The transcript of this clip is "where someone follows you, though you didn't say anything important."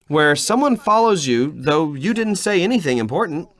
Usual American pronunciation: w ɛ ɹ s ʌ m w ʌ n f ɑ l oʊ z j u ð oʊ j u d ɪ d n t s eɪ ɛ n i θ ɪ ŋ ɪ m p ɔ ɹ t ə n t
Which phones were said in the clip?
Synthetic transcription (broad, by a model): w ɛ ɹ s ʌ m w ʌ n f ɑ l oʊ z j u ð oʊ j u d ɪ d n t s eɪ ɛ n i θ ɪ ŋ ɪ m p ɔ ɹ t n t